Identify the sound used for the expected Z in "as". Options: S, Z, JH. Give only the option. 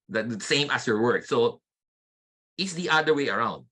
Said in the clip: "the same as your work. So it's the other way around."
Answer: S